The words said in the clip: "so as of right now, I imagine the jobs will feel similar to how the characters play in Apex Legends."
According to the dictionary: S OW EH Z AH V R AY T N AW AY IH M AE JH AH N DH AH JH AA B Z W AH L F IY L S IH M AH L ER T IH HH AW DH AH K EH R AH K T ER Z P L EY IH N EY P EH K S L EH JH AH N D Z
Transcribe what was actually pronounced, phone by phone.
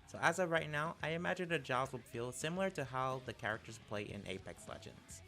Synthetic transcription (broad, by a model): S OW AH Z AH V R AY T N AW AY IH M AE JH AH N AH JH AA Z W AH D F IY L S IH M L ER T IH HH AW DH AH K EH R AH K T ER Z P L EY IH N EY P EH K S L EH JH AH N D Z